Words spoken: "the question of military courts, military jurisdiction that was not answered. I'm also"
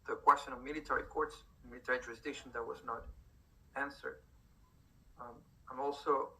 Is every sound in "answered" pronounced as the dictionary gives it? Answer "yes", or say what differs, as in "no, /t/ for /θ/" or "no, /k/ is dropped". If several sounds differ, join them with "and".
yes